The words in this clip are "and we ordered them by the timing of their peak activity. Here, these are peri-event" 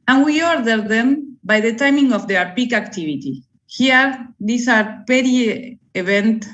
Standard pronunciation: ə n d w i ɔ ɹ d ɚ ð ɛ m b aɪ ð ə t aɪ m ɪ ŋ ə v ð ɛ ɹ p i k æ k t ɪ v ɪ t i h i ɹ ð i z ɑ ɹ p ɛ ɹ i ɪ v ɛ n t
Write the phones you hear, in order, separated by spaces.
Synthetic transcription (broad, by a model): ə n w i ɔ ɹ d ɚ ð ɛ m b aɪ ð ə t aɪ m ɪ ŋ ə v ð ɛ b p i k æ k t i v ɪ t i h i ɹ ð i s ɑ ɹ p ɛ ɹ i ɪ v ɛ n t